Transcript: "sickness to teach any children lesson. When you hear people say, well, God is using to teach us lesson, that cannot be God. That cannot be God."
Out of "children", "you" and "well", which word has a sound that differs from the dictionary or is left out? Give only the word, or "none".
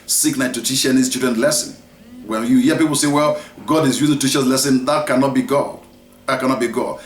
children